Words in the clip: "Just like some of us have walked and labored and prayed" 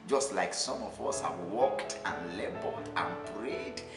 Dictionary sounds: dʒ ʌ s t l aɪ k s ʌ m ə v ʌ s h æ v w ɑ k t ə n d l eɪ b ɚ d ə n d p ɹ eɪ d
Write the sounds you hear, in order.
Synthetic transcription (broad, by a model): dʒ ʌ s t l aɪ k s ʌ m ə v ʌ s h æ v w ɑ k t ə n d l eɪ b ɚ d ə n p ɹ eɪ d